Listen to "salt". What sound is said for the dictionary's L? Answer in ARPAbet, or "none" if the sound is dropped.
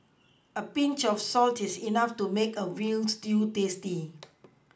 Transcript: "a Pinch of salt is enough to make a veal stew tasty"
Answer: L